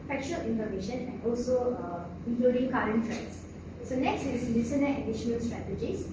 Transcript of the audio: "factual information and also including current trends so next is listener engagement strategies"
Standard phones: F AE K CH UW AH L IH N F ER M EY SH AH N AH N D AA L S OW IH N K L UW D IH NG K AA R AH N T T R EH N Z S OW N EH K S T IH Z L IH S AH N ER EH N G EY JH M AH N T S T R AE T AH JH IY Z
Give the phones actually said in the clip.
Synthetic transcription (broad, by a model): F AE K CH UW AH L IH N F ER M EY SH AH N AH N D AA L S OW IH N K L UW D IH NG K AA R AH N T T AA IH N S S OW N EH K S T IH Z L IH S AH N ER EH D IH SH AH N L S T R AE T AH JH IY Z